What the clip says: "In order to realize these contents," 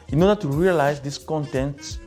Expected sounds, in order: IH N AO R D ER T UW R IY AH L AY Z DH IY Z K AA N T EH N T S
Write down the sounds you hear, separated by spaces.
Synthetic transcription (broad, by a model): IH N AO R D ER T UW R IY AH L AY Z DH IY S K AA N T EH N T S